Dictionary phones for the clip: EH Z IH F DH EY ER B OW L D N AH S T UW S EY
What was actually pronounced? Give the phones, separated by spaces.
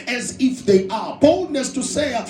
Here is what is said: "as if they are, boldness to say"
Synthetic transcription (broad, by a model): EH Z IH F DH EY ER B OW L D N AH S T UW S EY